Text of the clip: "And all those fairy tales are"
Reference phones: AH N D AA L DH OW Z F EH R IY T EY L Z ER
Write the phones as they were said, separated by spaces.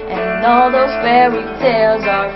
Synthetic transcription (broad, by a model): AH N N AA L DH OW Z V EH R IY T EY L Z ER